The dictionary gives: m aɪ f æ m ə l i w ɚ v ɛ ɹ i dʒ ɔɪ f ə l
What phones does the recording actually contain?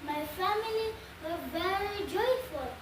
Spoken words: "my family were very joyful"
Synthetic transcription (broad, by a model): m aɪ f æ m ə l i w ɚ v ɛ l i dʒ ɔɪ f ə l